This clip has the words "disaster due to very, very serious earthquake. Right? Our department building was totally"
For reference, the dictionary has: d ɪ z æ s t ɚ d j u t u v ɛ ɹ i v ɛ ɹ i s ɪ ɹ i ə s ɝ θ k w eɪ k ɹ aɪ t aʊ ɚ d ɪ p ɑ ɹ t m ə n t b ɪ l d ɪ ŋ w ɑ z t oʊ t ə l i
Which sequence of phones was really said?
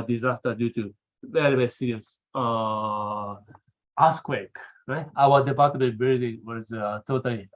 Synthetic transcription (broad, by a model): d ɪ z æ s t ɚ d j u t u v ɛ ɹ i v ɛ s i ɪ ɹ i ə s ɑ s k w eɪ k ɹ aɪ t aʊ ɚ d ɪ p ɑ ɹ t ə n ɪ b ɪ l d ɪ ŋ w ɑ z t oʊ t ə l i